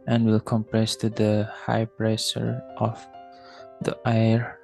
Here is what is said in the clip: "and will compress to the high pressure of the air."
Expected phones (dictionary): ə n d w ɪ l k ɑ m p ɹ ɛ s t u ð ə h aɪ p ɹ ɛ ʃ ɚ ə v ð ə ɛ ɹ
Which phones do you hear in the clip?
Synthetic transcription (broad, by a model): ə n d w ɪ l k ɑ m p ɹ ɛ s t u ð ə h aɪ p ɹ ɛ s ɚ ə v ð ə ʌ ɹ